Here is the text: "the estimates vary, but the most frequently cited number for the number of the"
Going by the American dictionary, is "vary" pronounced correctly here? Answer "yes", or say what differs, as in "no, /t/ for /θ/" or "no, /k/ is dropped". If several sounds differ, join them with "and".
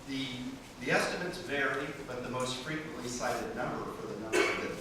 yes